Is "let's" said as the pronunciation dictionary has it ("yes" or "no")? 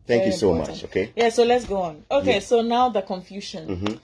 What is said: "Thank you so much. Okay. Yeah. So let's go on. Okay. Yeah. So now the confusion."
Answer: yes